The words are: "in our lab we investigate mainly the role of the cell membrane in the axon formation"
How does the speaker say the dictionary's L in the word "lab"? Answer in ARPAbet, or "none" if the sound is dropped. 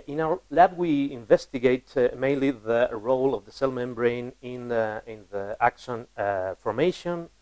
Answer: L